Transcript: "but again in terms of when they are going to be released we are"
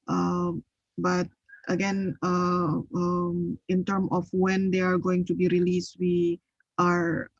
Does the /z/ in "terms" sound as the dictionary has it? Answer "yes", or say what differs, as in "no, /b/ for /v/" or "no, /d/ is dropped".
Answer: no, /z/ is dropped